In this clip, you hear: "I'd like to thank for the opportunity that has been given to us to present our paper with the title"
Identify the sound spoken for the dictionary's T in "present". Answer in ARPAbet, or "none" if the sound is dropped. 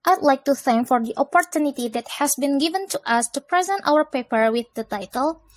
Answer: T